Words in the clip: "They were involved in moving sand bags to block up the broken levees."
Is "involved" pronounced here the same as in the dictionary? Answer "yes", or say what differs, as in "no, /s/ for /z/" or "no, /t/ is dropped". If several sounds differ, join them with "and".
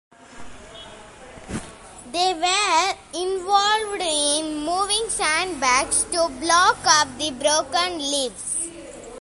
yes